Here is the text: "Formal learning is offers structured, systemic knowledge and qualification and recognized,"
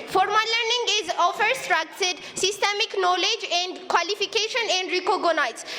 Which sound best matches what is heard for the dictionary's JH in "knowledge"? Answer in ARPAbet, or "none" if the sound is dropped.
JH